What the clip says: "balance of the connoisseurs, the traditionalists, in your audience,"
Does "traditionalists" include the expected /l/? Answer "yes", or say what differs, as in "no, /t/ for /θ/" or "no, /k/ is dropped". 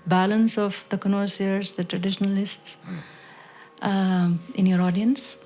yes